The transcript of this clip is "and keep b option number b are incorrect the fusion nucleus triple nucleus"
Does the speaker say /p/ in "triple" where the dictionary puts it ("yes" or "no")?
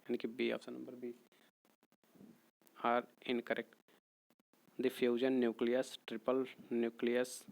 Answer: yes